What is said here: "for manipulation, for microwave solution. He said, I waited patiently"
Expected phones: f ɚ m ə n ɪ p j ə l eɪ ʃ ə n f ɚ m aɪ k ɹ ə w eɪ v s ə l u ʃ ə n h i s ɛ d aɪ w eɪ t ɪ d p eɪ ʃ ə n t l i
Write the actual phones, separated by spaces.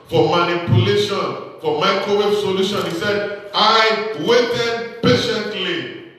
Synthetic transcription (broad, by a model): f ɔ m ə n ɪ p j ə l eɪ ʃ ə n f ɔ m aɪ k ə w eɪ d s ə l u ʃ ə n h i s ɛ d aɪ w eɪ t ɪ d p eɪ ʃ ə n t l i